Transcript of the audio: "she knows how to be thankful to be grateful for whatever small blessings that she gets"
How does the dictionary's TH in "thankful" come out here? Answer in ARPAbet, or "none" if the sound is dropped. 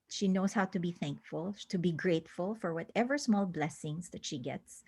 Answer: TH